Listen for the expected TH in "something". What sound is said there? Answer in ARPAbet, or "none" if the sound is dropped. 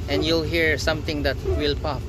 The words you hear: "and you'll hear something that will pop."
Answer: T